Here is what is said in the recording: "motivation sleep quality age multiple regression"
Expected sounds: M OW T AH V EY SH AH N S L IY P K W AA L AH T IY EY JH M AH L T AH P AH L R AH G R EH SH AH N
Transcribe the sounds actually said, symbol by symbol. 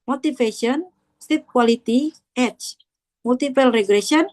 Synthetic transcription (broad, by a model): M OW T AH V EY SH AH N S IY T K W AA L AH T IY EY CH M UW L T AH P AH L R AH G R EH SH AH N